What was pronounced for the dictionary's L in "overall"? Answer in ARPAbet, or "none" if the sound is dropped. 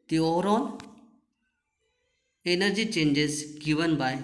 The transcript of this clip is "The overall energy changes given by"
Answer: N